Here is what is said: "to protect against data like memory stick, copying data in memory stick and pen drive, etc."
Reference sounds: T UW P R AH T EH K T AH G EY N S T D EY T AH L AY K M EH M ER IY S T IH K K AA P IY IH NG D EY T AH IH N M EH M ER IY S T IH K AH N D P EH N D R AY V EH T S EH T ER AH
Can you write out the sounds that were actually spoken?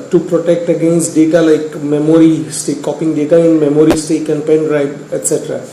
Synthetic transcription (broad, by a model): T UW P R AH T EH K T AH G EY N S T D EY T AH L AY K M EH M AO IY S T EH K K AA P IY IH NG D EY T AH IH N M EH M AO IY S T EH K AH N P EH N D R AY B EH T S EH T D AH